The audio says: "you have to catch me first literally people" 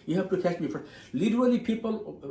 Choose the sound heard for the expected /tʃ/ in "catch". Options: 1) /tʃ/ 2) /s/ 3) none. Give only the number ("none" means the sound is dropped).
2